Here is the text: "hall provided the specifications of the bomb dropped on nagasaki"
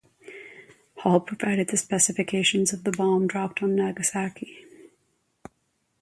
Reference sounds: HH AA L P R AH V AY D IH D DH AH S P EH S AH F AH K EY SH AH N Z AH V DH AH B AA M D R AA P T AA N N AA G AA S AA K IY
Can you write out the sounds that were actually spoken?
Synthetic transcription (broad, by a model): HH AA L P R AH V AY D IH D DH AH S P EH S AH F AH K EY SH AH N Z AH V DH AH B AA M D R AA P T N N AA G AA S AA K IY